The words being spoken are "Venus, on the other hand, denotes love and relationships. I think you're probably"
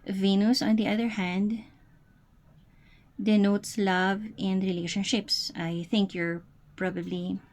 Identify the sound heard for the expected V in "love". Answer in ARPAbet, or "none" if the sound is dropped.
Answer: V